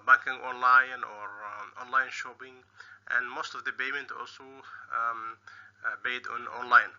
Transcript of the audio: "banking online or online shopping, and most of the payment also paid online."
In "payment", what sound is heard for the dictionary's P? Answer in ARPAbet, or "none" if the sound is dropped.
B